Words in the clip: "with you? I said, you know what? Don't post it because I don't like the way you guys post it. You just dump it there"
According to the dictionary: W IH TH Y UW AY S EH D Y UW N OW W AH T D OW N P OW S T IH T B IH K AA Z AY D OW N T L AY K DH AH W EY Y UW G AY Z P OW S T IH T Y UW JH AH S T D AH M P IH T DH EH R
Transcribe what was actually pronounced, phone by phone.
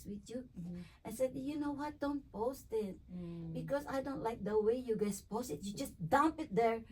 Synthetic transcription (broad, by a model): W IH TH Y UW AY S EH D Y UW N OW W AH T D OW N P OW S T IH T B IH K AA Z AY D OW N T L AY K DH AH W EY Y UW G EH S P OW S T IH T Y UW JH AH S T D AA M P IH T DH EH R